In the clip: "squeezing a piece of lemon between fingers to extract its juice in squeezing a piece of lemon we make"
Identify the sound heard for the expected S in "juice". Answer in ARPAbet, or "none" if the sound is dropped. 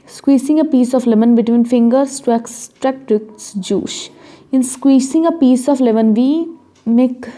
SH